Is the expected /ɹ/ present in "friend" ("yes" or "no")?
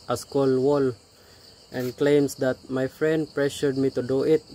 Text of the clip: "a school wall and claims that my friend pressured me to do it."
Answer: yes